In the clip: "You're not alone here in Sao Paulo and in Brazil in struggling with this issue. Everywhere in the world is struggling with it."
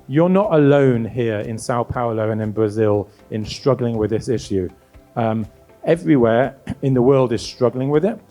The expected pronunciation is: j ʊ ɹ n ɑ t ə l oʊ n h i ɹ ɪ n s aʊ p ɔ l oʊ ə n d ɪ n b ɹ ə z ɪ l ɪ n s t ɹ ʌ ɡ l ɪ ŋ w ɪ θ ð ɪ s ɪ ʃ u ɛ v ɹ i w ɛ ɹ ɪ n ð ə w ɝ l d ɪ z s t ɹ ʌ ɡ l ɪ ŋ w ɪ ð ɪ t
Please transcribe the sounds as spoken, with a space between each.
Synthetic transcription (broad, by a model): j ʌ ɹ n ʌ t ə l oʊ n h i ɹ ɪ n s aʊ p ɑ l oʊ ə n ɪ n b ɹ ə z ɪ l ɪ n s t ɹ ʌ ɡ l ɪ ŋ w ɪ ð ɪ s ɪ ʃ u ɛ v ɹ i w ɛ ɹ ɪ n ð ə w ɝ l d ɪ z s t ɹ ʌ ɡ l ɪ ŋ w ɪ ð ɪ t